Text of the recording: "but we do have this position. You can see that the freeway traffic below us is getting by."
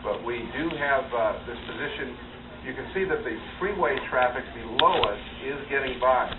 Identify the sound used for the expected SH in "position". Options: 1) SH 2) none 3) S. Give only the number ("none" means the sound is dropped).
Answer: 1